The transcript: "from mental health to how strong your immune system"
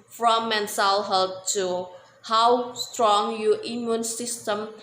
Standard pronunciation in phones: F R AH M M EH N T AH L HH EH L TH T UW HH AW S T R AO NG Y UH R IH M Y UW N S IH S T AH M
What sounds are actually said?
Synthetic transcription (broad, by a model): F R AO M M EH N S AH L HH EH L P T UW HH AW S T R AO NG Y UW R IH M Y UW N S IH S T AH M